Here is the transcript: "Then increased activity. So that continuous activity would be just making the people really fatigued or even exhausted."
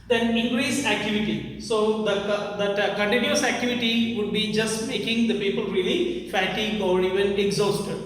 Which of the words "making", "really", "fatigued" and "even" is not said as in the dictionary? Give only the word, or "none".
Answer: fatigued